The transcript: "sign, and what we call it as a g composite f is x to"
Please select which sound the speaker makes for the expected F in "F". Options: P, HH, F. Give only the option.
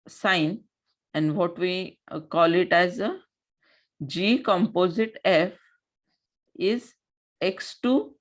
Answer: F